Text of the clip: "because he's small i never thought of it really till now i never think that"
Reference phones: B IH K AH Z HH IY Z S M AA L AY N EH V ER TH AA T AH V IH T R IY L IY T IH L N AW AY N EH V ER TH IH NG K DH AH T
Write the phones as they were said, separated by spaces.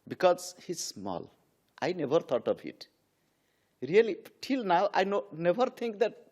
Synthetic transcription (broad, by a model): B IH K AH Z HH IY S M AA L AY N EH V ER T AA T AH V IH T R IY L IY T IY L N AW AY N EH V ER T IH NG K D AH T